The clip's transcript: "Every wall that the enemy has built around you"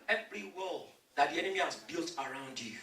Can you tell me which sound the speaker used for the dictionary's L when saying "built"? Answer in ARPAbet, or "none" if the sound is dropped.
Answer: L